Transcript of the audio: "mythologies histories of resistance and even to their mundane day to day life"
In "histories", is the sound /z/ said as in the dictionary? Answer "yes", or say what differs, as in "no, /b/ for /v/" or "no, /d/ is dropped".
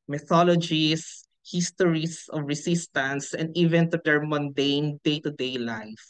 no, /s/ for /z/